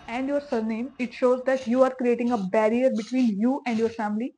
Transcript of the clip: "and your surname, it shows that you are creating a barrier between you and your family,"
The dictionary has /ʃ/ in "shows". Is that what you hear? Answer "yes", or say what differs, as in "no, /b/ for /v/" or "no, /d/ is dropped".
yes